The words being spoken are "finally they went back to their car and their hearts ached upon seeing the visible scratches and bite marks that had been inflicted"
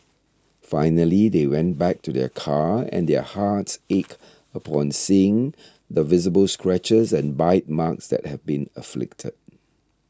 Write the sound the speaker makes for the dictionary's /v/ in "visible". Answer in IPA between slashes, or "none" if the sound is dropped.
/v/